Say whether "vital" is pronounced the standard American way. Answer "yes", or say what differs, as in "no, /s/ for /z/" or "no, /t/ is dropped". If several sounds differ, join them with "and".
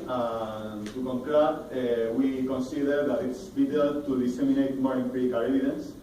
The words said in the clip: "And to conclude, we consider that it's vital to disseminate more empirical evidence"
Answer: no, /b/ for /v/